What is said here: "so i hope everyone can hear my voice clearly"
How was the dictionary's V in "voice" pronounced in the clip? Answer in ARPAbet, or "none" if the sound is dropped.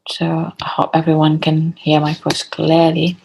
F